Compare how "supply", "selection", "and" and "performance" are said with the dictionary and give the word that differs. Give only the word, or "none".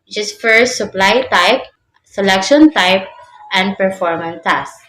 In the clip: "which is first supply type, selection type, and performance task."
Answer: performance